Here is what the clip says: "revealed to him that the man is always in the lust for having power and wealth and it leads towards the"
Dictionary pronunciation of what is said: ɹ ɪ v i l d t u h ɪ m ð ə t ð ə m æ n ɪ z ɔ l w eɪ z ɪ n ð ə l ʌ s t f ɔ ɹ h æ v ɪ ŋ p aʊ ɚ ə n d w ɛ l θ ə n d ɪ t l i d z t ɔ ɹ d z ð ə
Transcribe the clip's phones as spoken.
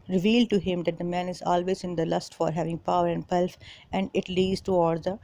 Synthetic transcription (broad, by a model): ɹ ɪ v i l d t u h ɪ m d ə t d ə m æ n ɪ z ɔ l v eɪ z ɪ n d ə l ʌ s t f ɔ ɹ h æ v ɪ ŋ p aʊ ɚ ə n d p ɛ l f ə n d ɪ t l i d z t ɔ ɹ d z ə